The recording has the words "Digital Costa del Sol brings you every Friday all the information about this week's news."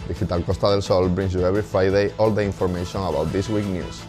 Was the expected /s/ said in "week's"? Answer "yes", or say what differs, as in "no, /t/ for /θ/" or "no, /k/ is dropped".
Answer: no, /s/ is dropped